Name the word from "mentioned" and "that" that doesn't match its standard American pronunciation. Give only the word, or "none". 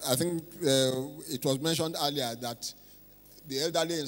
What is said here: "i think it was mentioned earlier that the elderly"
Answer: none